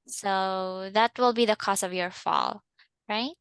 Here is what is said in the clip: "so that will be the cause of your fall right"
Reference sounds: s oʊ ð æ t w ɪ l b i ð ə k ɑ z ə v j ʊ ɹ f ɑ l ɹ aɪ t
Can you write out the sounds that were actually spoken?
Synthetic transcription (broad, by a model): s oʊ ð æ t w ɪ l b i ð ə k ɑ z ə v j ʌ ɹ f ɑ l ɹ aɪ t